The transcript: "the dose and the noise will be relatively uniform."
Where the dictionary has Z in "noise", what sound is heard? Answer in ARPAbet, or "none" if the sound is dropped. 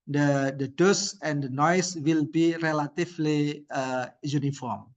S